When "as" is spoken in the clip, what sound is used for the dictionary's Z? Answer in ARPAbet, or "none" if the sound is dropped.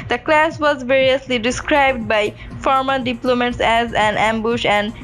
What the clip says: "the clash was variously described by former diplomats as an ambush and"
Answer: Z